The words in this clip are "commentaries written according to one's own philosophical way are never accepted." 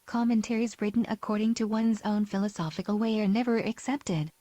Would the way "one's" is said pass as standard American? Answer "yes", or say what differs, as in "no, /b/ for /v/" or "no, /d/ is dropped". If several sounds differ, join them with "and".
yes